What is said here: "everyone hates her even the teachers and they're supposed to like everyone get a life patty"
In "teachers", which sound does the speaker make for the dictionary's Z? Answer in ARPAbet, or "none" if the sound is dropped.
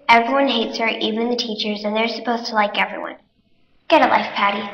Z